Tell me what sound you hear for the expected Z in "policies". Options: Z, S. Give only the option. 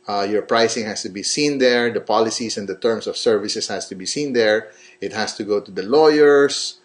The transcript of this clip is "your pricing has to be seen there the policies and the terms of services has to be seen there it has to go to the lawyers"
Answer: S